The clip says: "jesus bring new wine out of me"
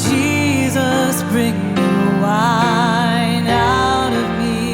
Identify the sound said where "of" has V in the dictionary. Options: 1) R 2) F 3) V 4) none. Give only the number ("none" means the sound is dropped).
3